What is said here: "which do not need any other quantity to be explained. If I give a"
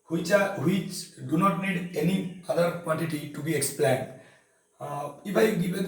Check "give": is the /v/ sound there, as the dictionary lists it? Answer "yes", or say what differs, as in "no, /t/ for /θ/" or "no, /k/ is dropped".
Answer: no, /b/ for /v/